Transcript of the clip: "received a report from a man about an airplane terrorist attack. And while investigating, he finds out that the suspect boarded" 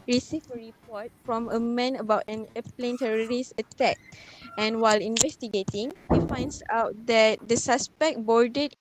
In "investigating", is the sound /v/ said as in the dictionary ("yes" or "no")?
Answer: yes